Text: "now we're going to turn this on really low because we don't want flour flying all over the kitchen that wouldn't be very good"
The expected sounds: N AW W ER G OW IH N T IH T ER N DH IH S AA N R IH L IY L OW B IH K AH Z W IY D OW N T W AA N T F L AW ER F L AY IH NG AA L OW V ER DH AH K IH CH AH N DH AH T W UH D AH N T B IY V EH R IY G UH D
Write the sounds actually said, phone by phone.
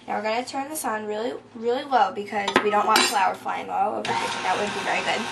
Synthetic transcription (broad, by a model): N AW W ER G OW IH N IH T ER N DH IH S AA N R IH L IY L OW B IH K AH Z W IY D OW N T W AA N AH F L AW ER F L AY IH NG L OW AO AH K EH AH DH AH T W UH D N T B IY V EH R IY G UH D